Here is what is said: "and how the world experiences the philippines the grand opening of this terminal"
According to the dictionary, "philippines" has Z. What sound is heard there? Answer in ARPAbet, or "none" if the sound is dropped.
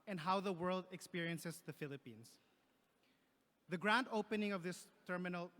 S